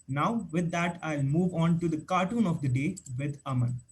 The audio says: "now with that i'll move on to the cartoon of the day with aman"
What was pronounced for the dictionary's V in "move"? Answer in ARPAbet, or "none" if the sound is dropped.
V